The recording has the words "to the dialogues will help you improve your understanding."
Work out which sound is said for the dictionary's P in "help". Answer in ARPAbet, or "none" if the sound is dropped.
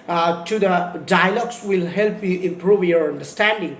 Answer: P